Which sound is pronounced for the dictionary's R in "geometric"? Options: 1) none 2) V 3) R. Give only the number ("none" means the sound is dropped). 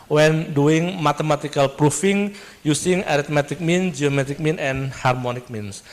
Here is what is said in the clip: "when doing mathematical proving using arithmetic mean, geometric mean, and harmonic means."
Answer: 1